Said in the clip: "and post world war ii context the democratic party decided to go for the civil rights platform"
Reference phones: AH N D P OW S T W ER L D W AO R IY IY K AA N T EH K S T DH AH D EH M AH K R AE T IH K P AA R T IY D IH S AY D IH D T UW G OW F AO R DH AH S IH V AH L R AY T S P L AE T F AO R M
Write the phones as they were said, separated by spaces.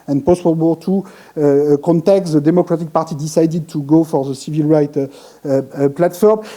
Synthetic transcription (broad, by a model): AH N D P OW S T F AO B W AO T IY K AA N T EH K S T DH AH D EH M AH K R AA T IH K P AA R T IY D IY S AY D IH D T UW G OW F AO R DH AH S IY V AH L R AY T P L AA T F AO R M